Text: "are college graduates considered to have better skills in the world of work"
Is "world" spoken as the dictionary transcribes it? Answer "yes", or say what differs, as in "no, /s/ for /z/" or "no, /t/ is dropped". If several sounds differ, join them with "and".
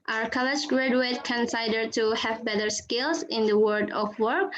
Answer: no, /l/ is dropped